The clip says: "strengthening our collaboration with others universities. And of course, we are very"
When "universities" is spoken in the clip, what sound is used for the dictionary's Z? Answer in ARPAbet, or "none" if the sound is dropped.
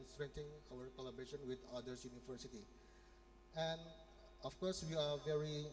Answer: none